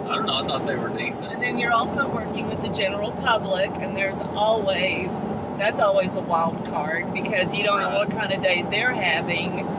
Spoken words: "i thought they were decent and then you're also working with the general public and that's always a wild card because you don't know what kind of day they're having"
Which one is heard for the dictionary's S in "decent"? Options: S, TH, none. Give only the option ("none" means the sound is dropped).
none